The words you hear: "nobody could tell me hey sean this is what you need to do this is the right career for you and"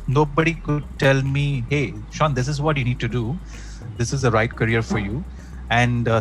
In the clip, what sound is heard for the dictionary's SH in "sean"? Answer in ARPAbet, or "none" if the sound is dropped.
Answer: SH